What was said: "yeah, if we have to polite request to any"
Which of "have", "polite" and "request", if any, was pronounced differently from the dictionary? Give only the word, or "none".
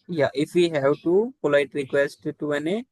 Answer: have